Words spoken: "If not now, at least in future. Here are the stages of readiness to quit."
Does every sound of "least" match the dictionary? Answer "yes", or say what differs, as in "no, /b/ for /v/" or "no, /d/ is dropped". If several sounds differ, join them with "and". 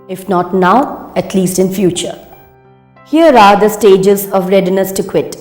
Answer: yes